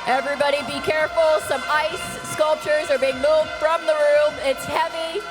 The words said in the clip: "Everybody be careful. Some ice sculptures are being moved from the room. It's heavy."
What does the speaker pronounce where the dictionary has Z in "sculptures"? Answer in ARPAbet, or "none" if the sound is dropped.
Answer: Z